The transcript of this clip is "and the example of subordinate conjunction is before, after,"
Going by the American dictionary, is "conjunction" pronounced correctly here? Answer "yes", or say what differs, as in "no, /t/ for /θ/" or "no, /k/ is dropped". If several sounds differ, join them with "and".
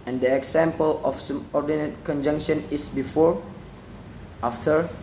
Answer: yes